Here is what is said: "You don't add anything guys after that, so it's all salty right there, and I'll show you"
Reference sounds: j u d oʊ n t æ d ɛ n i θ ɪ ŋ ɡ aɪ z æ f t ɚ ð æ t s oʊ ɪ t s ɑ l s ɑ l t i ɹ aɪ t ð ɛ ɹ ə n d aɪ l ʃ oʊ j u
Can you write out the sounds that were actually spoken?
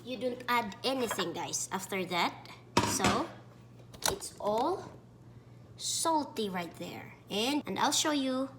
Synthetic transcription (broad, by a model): j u d oʊ n t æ d ɛ n i θ ɪ ŋ ɡ aɪ s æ f t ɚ ð æ t s oʊ ɪ t s ɑ l s ɑ l t i ɹ aɪ t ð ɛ ɹ ə n d aɪ l ʃ oʊ j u